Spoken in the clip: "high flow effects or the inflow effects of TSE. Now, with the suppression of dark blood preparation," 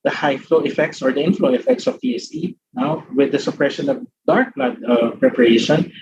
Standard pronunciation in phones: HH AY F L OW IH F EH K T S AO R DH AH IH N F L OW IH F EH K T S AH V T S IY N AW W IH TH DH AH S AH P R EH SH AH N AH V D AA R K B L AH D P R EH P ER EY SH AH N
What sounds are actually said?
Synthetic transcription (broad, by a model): HH AY F L OW IH F EH K T S AO R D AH IH N F L OW IH F EH K T S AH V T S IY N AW W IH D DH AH S AH P R EH SH AH N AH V D AA R K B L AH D P R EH P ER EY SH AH N